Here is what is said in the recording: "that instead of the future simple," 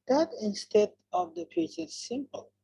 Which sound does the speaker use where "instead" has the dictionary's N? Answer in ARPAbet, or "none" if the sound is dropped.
N